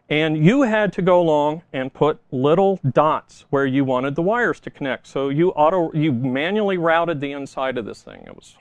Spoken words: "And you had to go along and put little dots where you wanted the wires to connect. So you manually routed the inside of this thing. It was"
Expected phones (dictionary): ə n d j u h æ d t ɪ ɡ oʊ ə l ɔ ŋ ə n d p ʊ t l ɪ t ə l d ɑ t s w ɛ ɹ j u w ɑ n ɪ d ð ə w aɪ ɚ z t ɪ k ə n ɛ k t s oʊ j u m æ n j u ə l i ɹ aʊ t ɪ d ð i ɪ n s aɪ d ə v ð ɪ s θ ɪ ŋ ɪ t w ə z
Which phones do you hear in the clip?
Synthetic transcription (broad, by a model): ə n j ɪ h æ d t ɪ ɡ oʊ ə l ɔ ŋ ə n p ʊ t l ɪ t l d ɑ t s w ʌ ɹ j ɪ w ɑ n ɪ d ð ə w aɪ ɚ z t ɪ k ə n ɛ k t s oʊ j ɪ m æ n j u l i ɹ aʊ t ɪ d ð i ɪ n s aɪ d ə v ð ɪ s θ ɪ ŋ ɪ t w ə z